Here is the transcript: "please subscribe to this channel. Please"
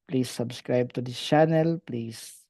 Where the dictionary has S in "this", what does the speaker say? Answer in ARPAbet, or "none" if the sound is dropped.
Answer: none